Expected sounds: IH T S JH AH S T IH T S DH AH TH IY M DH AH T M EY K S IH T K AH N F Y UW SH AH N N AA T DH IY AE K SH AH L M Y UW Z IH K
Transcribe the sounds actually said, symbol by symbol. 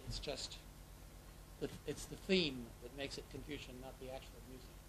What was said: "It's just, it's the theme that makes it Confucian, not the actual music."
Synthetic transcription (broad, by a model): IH T S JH AH S T IH T S DH AH TH IY M DH AH T M EY K S IH T K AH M F Y UW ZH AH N N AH T DH IY AE K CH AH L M Y UW Z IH K